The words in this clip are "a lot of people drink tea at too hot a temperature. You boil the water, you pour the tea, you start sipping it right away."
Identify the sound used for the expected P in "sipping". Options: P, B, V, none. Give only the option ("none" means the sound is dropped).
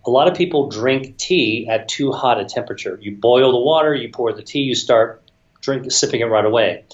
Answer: P